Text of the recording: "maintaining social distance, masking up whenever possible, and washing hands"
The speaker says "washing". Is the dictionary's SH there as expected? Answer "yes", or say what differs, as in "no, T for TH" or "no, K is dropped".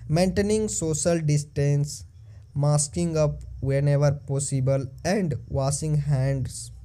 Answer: no, S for SH